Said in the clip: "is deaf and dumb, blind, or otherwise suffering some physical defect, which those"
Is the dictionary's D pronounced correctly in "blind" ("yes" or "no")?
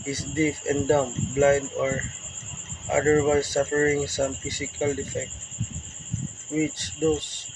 yes